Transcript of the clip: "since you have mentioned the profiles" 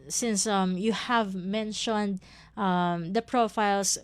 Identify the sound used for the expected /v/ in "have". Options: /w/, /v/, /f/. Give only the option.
/v/